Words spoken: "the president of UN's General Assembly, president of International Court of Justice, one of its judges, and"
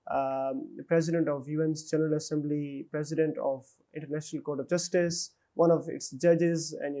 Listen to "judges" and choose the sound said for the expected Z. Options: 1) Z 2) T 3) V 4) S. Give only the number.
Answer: 1